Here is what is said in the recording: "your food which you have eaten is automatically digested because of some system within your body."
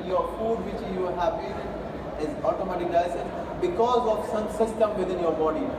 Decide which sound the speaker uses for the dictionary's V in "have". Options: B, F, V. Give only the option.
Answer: B